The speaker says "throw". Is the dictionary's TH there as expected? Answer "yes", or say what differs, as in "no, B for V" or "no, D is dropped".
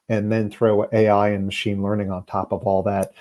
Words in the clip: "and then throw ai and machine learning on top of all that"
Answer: yes